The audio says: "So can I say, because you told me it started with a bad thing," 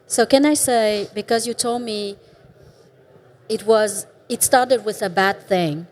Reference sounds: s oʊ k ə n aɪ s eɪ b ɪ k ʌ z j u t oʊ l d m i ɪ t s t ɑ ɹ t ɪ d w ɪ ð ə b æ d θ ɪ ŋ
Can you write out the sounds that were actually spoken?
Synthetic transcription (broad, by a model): s oʊ k ə n aɪ s eɪ b ɪ k ʌ z j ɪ t oʊ l d m i ɪ t s t ɑ ɹ t ɪ d w ɪ ð ə b æ d θ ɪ ŋ